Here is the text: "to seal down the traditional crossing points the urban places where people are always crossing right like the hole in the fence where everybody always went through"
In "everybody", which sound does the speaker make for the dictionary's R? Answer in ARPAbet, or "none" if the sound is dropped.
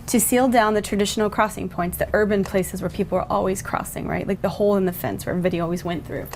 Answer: none